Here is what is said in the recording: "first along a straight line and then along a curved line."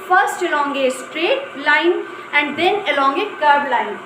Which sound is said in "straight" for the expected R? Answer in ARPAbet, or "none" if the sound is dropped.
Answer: R